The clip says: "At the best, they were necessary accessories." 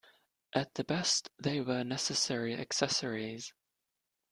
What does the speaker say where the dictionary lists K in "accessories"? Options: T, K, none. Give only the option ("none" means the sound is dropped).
K